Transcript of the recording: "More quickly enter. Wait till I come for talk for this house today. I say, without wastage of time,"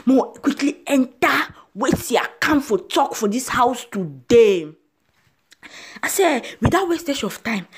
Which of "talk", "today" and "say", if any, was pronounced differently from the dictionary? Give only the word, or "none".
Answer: none